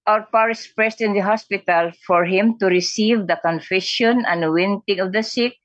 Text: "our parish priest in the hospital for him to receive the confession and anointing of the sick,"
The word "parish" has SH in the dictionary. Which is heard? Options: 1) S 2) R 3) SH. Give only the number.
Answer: 1